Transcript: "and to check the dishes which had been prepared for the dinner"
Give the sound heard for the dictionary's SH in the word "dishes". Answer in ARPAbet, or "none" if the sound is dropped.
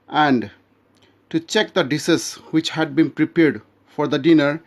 S